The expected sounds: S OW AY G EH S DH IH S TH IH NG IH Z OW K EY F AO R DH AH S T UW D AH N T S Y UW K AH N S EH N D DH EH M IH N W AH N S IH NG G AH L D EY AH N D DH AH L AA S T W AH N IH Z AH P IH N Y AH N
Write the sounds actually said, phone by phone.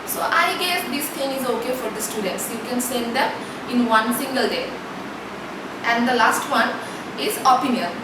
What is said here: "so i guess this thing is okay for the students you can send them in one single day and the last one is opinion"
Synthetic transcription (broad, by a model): S OW AY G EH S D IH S T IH NG IH Z OW K EY F AO R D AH S T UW D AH N T S Y UW K AH N S EH N D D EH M IH N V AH N S IH NG G AH L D EY AH N D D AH L AA S T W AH N IH Z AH P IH N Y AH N